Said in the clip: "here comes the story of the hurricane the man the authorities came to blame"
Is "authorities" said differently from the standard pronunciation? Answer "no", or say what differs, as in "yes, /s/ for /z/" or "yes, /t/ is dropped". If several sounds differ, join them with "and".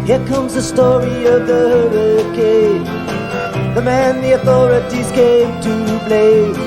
no